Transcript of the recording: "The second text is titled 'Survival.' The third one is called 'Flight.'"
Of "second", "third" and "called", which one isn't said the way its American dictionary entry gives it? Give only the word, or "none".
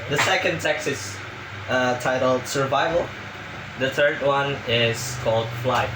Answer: none